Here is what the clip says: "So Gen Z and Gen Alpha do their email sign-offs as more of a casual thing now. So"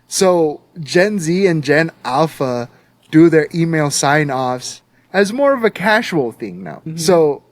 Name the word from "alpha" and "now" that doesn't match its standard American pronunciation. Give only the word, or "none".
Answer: none